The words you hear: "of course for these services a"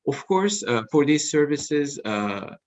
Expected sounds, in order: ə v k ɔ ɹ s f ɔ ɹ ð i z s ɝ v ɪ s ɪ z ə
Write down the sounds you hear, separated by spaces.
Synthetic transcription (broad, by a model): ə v k ɔ ɹ s f ɔ ɹ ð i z s ɝ v ɪ s ɪ z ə